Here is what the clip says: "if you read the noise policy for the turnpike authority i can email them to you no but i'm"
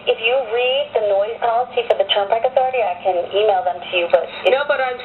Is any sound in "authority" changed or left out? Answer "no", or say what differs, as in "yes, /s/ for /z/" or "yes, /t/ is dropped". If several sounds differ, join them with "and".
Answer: no